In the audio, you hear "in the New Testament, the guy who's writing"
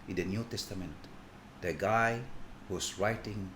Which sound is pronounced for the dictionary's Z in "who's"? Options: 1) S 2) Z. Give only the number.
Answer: 1